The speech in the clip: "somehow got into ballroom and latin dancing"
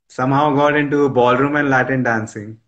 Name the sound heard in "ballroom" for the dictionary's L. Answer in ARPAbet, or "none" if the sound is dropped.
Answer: L